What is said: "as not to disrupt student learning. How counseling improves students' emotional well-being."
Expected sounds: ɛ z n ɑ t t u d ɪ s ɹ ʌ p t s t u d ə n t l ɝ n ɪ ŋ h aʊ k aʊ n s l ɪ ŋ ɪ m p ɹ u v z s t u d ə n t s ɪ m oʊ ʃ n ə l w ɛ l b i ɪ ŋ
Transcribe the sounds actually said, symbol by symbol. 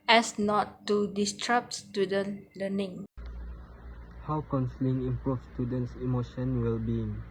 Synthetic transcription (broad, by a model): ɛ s n ɑ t t u d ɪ s ɹ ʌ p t s t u d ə n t l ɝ n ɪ ŋ h aʊ k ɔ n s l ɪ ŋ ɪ m p ɹ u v s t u d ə n t s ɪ m oʊ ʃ ə n w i l b i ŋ